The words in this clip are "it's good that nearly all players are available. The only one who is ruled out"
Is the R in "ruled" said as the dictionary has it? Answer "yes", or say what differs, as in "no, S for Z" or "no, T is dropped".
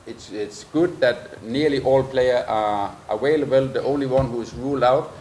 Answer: yes